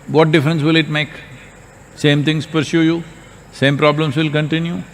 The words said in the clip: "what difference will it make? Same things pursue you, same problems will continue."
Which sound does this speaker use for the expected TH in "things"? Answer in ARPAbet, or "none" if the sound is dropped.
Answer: T